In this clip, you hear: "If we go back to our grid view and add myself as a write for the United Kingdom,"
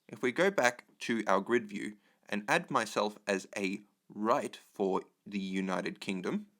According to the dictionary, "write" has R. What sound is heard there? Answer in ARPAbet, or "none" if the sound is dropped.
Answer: R